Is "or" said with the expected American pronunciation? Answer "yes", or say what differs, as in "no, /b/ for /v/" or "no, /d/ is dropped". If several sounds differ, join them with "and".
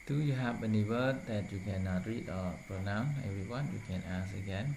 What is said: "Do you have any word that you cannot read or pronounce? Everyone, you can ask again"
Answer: no, /l/ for /ɹ/